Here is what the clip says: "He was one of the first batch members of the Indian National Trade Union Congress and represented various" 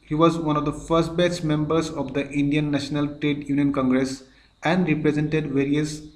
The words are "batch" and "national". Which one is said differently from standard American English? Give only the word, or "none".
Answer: batch